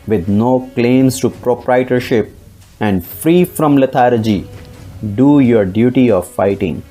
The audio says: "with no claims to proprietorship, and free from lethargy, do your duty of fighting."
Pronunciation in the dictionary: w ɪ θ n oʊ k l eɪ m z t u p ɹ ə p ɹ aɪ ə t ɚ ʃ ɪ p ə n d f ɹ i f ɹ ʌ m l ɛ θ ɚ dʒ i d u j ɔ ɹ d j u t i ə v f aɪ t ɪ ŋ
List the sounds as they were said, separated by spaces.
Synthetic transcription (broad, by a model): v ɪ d n oʊ k l eɪ m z t u p ɹ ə p ɹ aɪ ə t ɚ ʃ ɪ p ə n d f ɹ i f ɹ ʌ m l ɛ t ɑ dʒ i d u j ɔ ɹ d j u t i ə v f aɪ t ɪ ŋ